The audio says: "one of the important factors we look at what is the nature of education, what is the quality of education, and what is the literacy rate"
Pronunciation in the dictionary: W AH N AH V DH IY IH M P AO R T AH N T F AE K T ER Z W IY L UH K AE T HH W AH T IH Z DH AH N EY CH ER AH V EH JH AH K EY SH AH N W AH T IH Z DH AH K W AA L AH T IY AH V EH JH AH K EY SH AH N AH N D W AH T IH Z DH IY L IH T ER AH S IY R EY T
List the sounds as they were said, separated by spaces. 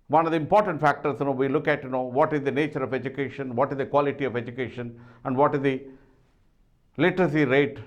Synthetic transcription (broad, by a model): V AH N AH V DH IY IH M P AO R T AH N T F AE K T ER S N IY L UH K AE T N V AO T IH Z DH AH N EY CH ER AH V EH JH AH K EY SH AH N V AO T IH Z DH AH K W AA L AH T IY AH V EH JH AH K EY SH AH N AH N D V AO T IH Z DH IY L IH T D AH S IY R EY T